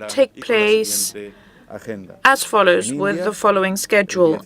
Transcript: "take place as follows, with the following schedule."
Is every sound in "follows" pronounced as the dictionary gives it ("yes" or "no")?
yes